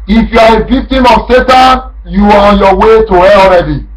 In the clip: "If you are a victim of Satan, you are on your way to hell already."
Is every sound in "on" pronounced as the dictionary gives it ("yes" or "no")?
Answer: yes